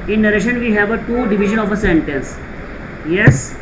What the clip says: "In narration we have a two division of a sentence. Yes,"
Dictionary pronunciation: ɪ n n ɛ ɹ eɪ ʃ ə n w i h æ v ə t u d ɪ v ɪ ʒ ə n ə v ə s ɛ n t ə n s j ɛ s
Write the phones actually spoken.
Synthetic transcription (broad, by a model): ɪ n n ɛ ɹ eɪ ʃ ə n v i h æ v ə t u d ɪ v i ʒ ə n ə f ə s ɛ n t ə n s j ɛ s